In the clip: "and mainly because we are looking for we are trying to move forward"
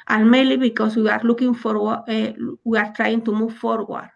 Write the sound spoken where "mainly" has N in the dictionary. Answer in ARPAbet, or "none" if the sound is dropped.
none